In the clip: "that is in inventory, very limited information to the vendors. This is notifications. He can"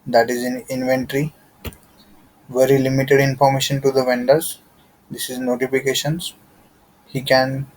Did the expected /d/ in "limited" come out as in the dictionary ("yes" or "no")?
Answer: yes